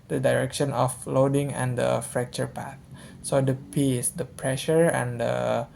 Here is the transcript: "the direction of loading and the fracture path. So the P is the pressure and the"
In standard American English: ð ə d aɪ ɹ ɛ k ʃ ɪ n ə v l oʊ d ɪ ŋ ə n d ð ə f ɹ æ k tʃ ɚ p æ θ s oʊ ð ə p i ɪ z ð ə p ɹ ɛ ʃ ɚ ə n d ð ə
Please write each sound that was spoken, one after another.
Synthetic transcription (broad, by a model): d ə d aɪ ɹ ɛ k ʃ ɪ n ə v l oʊ d ɪ ŋ ə n d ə f ɹ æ k tʃ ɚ p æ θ s oʊ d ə p i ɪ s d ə p ɹ ɛ ʃ ɚ ə n d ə